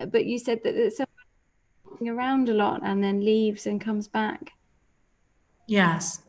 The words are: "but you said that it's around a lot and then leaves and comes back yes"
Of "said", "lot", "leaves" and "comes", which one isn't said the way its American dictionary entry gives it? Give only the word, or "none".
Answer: none